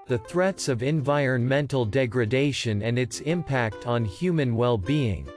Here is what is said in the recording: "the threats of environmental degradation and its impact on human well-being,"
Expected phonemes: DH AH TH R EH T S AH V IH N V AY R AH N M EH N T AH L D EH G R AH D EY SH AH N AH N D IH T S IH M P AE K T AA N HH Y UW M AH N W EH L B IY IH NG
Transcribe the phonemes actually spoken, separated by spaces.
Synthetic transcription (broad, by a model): DH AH TH R EH T S AH V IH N V AY R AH N M EH N T L D EH G R AH D EY SH AH N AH N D IH T S IH M P AE K T N HH Y UW M AH N W EH L B IY IH NG